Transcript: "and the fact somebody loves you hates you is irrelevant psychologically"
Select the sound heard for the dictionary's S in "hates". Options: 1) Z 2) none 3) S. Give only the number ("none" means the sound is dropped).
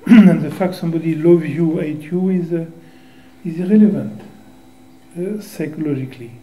2